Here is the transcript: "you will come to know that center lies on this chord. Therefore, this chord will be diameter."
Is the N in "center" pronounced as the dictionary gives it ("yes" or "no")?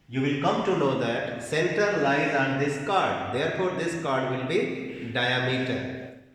no